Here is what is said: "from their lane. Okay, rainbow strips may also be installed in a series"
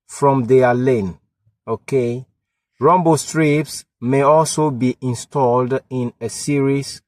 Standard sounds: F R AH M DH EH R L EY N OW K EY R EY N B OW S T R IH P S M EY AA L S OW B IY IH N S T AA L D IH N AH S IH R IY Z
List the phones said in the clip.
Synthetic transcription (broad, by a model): F R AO M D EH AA L EY N OW K EY R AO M B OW S T R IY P S M EY AA L S OW B IY IH N S T AA L D IH N AH S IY R IY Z